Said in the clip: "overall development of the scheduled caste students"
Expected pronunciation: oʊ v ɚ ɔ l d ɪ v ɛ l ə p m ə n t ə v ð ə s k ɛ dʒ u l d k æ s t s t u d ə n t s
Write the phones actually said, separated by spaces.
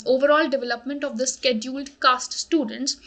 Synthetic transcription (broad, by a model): oʊ v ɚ ɔ l d ɪ v ɛ l ə p m ə n t ə v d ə s k ɛ dʒ u l d k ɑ s t s t u d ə n t s